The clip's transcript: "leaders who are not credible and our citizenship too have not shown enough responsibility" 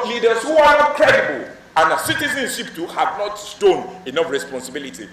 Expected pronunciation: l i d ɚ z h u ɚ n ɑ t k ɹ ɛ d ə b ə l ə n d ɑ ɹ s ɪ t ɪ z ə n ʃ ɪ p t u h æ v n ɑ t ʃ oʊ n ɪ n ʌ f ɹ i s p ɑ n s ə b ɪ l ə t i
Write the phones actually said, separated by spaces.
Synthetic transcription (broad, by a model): l i d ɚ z h u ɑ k ɛ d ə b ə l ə n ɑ s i t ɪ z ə n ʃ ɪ p t u h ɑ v n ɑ t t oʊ n ɪ n ʌ f ɹ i s p ɑ n s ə b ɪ l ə t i